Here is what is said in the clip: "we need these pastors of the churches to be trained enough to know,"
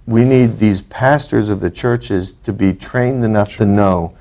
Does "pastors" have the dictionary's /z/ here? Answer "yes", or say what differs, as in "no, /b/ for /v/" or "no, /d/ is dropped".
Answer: yes